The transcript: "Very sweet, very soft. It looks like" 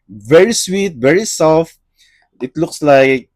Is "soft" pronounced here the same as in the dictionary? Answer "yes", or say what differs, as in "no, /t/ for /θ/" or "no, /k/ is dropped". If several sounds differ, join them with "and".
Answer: no, /t/ is dropped